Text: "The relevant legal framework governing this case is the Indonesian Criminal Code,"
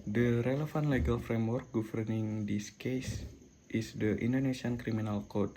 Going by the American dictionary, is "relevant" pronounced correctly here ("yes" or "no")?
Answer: no